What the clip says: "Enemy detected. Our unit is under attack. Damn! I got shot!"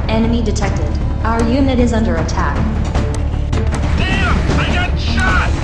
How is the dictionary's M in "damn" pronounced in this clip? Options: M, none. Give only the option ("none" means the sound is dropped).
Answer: none